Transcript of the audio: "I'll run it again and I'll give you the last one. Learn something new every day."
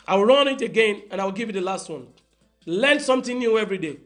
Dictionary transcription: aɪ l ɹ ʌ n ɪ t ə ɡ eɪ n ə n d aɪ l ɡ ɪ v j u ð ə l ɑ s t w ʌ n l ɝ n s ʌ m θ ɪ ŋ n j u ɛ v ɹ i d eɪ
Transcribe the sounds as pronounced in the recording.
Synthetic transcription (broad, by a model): aɪ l ɹ ʌ n ɪ t ə ɡ eɪ n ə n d aɪ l ɡ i v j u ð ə l ɑ s t w ʌ n l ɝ n s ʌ m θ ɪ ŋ n j u ɛ v ɹ i d eɪ